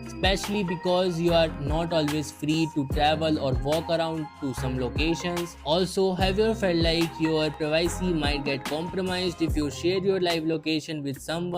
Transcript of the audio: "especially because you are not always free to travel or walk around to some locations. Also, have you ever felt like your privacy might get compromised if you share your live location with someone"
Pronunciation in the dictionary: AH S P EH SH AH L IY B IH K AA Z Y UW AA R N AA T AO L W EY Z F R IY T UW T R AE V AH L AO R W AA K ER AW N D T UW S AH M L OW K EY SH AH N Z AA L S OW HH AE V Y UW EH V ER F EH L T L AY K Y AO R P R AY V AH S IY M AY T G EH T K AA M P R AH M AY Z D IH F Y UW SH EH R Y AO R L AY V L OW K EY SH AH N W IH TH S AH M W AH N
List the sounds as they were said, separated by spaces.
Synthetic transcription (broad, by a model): S P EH SH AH L IY B IH K AA Z Y UW AA R N AA T AO L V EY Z F R IY T UW T R AE V AH L AO R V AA K ER AW N D T UW S AH M L OW K EY SH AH N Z AA L S OW HH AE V Y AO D F EH L T L AY K Y AO R P R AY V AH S IY M AY T G EH T K AA M P R AH M AY Z D IH F Y UW SH EH R Y AO R L AY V L OW K EY SH AH N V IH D S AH M